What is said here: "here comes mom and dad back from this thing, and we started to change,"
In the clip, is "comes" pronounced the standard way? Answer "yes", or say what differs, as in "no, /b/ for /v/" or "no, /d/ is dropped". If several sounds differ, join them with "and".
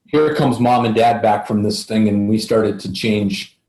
yes